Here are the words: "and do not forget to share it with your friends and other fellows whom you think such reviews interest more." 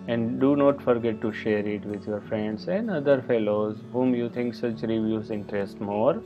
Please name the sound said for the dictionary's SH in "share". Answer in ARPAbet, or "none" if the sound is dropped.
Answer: SH